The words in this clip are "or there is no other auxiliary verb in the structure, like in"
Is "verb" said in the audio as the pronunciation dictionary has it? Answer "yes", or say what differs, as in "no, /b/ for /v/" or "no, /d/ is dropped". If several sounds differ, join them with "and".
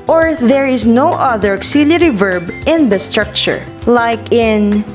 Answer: yes